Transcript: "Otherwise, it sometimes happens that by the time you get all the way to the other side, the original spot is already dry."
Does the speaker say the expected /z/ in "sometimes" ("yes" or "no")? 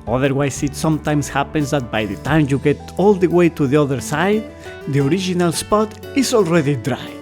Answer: no